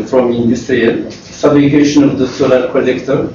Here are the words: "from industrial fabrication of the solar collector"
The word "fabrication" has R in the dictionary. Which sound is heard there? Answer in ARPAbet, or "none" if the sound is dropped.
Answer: L